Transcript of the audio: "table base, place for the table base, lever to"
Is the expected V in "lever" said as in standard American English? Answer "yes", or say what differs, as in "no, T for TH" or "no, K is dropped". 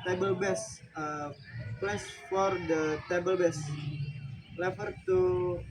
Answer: no, F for V